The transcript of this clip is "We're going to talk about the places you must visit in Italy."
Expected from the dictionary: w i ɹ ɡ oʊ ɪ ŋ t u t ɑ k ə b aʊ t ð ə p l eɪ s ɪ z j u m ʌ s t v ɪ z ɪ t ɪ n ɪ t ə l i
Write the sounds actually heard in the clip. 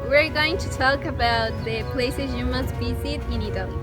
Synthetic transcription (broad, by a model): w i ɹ ɡ oʊ ɪ ŋ t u t ɑ k ə b aʊ t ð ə p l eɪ s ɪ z j u m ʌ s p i s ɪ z ɪ n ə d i